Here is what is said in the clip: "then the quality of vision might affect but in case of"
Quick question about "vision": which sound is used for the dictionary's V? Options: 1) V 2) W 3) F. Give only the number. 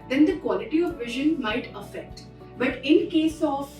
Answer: 1